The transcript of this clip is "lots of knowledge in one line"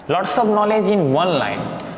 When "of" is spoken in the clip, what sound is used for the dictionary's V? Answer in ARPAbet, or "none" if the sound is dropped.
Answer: P